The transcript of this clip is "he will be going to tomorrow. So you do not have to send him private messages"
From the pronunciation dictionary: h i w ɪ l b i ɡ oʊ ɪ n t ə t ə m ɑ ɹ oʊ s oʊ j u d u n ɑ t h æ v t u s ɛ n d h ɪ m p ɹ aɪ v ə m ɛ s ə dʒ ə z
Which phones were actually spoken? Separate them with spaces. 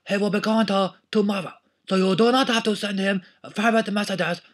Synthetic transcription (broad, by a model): h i w ɪ l b i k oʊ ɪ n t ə t ə m ɑ ɹ oʊ s oʊ j u d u n ɑ t h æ f t u s ɛ n d h ɪ m f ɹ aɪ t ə m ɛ s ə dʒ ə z